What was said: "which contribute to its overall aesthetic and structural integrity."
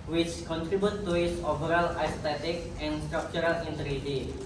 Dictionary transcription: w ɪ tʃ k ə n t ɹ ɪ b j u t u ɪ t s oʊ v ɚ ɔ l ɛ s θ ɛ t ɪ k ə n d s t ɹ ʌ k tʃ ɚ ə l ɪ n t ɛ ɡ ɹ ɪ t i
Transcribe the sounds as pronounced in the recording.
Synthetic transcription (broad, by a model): w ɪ tʃ k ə n t ɹ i b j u t u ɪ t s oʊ b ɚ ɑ l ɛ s t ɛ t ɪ k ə n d s t ɹ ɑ k tʃ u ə l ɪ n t ɹ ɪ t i